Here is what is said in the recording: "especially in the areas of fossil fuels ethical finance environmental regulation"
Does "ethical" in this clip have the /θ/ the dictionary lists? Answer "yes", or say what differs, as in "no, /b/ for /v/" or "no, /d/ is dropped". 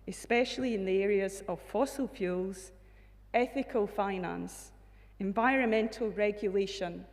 yes